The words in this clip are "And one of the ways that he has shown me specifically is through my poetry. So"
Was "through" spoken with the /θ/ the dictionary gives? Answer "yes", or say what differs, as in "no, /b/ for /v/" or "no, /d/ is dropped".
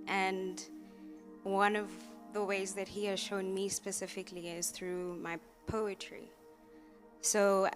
yes